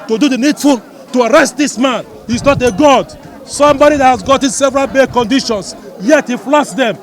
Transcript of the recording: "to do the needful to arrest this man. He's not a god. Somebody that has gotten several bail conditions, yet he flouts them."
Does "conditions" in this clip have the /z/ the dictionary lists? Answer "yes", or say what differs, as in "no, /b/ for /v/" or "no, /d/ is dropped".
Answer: no, /s/ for /z/